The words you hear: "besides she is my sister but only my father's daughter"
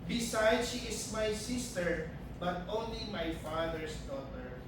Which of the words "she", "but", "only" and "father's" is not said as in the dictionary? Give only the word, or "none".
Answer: father's